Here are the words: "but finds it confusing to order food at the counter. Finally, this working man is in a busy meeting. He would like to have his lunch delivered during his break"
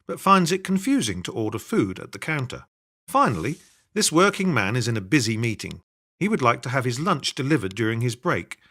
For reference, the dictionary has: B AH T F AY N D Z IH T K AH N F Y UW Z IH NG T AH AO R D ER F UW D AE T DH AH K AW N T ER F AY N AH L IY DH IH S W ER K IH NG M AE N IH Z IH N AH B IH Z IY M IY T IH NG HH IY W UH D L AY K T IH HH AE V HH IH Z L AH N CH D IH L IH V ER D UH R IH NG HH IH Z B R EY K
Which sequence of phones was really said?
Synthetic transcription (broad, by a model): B AH T F AY N D Z IH T K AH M F Y UW Z IH NG T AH AO R D ER F UW D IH T DH AH K AW N T ER F AY N L IY DH IH S W ER K IH NG M AE N IH Z IH N AH B IH Z IY M IY T IH NG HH IY W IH D L AY K T IH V IH Z L AH N CH D IH L IH V ER D UH R IH NG IH Z B R EY K